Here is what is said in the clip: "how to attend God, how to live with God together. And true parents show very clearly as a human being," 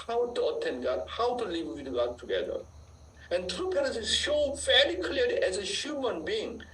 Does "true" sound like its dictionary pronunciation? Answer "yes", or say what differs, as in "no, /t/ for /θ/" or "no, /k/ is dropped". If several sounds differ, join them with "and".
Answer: yes